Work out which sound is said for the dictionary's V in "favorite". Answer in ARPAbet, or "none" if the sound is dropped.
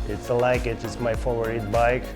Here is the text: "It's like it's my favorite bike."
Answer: none